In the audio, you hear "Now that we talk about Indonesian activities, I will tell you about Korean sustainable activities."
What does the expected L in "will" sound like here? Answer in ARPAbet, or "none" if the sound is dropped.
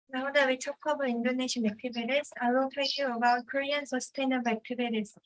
N